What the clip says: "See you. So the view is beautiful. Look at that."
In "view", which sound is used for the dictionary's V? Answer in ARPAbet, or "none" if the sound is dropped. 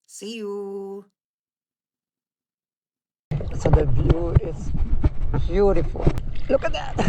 B